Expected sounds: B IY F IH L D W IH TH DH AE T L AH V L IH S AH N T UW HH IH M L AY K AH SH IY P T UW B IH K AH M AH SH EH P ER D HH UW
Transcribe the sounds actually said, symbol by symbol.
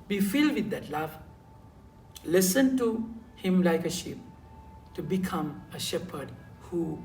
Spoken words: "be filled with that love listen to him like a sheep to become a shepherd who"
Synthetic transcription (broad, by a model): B IY F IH L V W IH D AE T L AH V L IH S AH N T UW HH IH M L AY K AH SH IY P T UW B IH K AH M AH SH EH P ER D HH UW